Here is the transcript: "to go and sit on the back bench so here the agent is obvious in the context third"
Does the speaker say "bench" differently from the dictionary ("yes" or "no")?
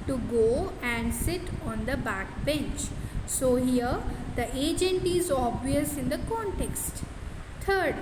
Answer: no